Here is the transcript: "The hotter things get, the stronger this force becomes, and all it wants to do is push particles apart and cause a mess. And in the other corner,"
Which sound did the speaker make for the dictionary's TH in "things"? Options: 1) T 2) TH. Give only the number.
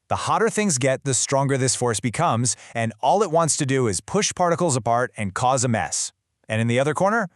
2